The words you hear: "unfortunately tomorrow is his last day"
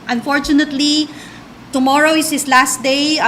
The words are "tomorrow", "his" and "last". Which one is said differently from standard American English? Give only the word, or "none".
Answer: his